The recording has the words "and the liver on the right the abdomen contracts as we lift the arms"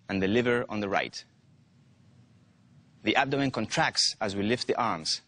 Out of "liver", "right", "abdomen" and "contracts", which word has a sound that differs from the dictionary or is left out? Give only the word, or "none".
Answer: abdomen